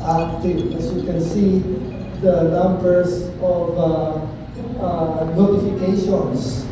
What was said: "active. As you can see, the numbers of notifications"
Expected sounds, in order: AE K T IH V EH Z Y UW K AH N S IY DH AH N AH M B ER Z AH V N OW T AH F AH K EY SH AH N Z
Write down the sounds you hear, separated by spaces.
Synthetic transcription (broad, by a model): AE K T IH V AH S Y UW K AH N S IY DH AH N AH M B ER S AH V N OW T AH F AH K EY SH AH N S